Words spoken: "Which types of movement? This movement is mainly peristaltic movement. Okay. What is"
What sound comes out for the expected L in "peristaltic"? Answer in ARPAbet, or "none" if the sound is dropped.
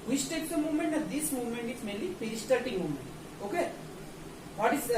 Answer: none